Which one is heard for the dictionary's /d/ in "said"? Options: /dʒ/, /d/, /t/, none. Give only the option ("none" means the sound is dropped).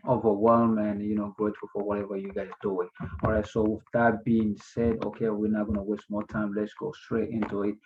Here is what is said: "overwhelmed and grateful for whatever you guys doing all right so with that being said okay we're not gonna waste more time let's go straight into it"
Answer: /d/